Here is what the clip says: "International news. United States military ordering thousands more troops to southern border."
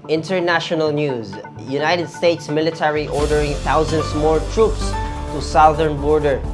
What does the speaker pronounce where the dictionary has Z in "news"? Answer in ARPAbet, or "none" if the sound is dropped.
Z